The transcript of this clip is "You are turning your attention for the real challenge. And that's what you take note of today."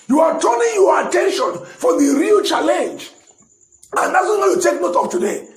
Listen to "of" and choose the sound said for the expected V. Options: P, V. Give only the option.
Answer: P